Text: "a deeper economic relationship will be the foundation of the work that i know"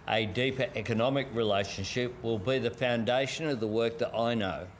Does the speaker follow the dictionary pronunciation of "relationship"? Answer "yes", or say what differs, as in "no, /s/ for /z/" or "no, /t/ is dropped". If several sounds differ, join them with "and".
yes